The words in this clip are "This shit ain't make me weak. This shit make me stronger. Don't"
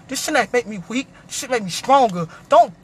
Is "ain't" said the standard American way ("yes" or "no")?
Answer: no